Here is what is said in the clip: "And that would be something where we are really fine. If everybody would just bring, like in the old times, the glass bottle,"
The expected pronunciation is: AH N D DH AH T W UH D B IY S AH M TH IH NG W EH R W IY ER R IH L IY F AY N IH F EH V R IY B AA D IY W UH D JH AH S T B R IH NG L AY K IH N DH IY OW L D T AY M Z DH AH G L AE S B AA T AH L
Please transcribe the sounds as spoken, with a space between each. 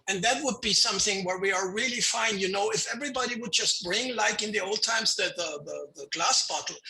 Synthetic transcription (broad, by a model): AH N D DH AH T W UH D B IY S AH M TH IH NG W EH R W IY ER R IH L IY F AY N IH F EH V R IY B AA D IY W UH D JH AH S T B R IH NG L AY K IH N DH IY OW L D T AY M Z DH AH G L AE S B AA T L